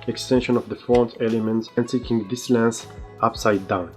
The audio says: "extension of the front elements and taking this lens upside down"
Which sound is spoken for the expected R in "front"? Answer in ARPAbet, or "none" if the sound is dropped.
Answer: none